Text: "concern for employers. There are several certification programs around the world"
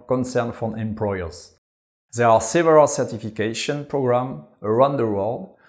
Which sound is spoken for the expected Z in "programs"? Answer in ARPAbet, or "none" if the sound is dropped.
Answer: none